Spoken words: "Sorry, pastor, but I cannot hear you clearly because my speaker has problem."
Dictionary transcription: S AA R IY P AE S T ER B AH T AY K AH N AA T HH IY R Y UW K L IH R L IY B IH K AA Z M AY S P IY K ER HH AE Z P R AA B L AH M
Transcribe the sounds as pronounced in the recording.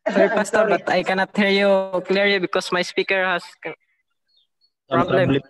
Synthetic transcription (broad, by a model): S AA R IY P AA S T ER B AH T AY K AH N AA T HH IY R Y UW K L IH R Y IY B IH K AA S M AY S P IY K ER HH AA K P R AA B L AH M